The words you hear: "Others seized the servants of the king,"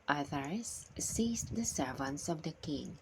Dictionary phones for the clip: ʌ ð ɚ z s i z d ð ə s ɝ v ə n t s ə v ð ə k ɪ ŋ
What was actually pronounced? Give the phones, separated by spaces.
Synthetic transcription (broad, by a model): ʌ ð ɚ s i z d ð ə s ɝ v ə n t s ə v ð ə k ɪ ŋ